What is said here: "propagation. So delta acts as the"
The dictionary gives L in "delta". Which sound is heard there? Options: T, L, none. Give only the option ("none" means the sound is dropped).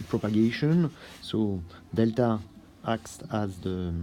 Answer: L